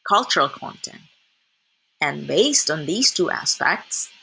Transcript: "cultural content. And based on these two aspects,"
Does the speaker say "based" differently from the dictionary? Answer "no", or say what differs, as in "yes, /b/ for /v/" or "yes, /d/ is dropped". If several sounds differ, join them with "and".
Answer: no